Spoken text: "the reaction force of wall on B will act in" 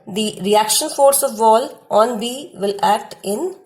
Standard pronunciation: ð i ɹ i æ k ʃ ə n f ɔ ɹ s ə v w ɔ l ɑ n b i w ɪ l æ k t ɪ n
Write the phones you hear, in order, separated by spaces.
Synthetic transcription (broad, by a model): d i ɹ i æ k ʃ ə n f ɔ ɹ s ə v ɔ l ɑ n b i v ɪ l æ k t ɪ n